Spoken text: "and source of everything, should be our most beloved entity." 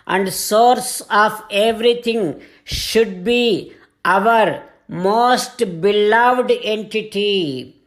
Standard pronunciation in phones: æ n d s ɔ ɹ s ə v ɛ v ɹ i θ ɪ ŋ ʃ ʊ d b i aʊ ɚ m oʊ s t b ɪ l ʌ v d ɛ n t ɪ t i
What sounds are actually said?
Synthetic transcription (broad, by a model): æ n d s ɔ ɹ s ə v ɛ v ɹ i t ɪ ŋ ʃ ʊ d b i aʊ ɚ m oʊ s t b ɪ l ʌ v d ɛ n t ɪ t i